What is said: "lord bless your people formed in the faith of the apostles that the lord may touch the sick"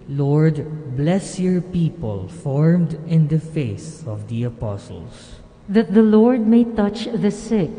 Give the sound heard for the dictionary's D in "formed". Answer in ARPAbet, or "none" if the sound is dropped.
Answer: D